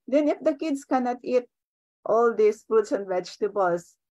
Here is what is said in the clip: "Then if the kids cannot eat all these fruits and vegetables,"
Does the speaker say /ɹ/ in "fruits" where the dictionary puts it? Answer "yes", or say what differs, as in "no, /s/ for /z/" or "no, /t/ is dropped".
no, /ɹ/ is dropped